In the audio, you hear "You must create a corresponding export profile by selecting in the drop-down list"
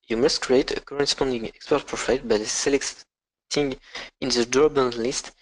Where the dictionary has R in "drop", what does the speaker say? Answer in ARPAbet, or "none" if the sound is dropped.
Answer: none